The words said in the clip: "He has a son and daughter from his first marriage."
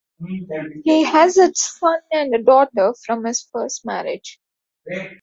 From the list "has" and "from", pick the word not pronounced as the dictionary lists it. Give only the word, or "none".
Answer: none